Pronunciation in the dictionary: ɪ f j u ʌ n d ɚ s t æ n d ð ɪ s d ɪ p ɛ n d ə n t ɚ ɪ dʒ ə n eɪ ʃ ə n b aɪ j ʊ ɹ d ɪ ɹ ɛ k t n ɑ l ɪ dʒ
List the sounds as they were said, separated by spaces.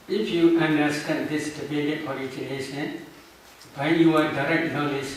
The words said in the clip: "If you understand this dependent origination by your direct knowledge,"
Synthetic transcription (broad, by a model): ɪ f j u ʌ n d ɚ s t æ n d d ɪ s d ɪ b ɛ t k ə t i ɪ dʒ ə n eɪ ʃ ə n b aɪ j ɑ ɹ d ɪ ɹ ɛ k t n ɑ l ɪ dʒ